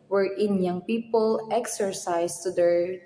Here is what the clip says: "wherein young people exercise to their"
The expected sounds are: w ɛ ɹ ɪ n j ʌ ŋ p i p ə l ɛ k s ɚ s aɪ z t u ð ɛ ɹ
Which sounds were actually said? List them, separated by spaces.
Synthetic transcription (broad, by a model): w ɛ ɹ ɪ n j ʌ ŋ p i p ə l ɛ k s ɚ s aɪ s t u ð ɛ ɹ